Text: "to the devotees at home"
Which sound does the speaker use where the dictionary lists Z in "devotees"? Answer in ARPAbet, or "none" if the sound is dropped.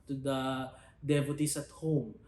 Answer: S